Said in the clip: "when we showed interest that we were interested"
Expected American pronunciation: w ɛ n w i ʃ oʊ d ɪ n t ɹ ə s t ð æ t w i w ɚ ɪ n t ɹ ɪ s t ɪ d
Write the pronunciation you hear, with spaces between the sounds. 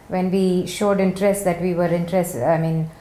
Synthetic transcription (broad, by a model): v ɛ n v i ʃ oʊ d ɪ n t ɹ ə s t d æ t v i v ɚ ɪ n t ɹ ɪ s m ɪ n